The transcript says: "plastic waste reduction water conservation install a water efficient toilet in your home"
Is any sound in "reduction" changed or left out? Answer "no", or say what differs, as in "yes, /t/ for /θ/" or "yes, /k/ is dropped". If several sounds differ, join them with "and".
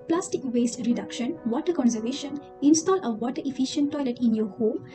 no